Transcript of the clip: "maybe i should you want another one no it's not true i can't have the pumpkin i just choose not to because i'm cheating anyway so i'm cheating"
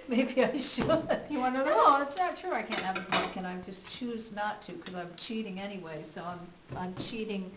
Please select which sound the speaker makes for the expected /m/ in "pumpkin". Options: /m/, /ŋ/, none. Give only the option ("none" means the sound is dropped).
none